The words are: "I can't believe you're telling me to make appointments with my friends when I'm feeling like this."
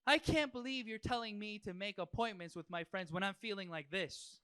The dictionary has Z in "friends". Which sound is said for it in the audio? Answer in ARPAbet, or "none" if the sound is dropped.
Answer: Z